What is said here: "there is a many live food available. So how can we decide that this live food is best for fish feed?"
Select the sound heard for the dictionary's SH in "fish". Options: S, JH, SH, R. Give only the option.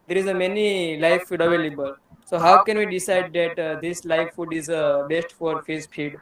S